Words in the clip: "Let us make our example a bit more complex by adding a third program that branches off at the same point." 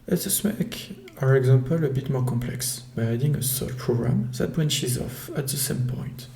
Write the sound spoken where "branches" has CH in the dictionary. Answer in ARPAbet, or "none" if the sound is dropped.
SH